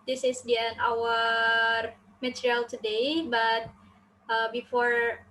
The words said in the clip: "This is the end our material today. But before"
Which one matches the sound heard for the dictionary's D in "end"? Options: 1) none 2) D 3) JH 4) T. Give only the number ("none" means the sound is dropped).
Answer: 1